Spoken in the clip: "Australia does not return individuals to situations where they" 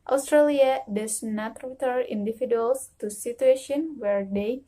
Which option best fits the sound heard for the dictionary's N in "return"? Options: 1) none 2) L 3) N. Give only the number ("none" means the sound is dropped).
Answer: 1